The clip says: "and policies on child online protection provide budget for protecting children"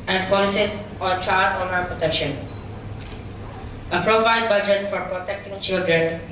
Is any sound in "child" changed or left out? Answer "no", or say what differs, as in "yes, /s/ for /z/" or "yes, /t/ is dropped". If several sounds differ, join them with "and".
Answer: yes, /l/ is dropped